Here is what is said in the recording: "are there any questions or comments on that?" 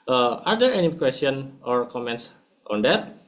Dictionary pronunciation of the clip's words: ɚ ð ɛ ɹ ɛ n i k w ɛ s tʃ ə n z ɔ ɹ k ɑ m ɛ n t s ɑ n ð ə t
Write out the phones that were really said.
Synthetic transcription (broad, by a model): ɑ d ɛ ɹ ɛ n i k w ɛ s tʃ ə n ɔ ɹ k ɑ m ɛ n t s ɑ n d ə t